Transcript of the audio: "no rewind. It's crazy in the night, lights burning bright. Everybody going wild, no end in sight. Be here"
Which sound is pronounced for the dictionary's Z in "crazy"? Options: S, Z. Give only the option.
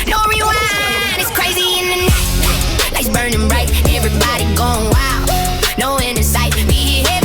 Z